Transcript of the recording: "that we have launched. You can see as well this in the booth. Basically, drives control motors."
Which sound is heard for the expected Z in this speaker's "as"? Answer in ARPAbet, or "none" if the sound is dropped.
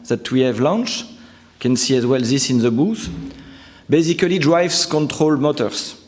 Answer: Z